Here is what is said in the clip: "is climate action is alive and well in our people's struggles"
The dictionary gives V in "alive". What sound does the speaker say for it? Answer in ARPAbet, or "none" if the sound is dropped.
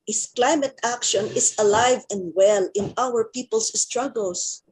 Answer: V